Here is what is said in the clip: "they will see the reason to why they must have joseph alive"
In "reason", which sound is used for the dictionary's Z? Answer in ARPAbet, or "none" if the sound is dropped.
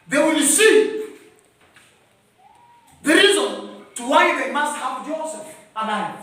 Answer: Z